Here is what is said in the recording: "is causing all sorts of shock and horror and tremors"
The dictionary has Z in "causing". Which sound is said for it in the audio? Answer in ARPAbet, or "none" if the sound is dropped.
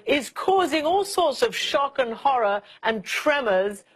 Z